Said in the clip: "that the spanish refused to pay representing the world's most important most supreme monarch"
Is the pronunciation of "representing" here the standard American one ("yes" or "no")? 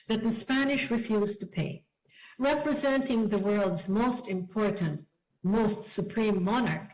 yes